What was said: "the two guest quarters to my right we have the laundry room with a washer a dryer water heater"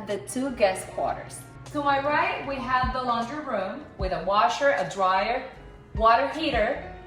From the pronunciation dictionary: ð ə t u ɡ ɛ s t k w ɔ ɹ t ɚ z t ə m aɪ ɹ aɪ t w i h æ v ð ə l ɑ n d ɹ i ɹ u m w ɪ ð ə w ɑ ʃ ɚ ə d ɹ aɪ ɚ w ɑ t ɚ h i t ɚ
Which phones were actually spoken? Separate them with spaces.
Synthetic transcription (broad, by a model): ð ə t u ɡ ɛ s k w ɔ ɹ t ɚ z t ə m aɪ ɹ aɪ t w i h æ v ð ə l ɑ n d ɹ ɹ u m w ɪ ð ə w ɑ ʃ ɚ ə d ɹ aɪ ɚ w ɑ t ɚ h i t ɚ